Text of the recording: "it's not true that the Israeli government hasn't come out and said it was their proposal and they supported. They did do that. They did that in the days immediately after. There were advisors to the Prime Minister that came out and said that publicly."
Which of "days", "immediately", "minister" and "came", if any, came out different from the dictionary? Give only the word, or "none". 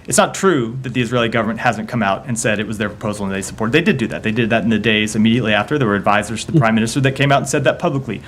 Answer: none